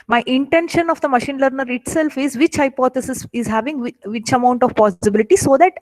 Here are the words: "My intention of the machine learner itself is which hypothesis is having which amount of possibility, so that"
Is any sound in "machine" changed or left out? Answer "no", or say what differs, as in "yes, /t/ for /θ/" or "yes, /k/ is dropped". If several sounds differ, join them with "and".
no